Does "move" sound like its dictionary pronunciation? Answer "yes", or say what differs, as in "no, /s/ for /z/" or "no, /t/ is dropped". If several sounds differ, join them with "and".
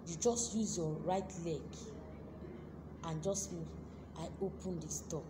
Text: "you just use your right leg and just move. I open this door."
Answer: no, /v/ is dropped